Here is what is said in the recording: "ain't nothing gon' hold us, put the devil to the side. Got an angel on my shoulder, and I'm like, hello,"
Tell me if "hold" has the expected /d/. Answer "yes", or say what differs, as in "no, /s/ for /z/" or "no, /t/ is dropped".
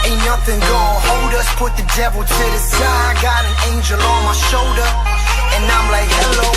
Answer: yes